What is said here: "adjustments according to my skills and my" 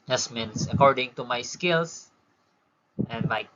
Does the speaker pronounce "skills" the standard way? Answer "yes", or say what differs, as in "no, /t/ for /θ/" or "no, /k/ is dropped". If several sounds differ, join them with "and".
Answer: no, /s/ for /z/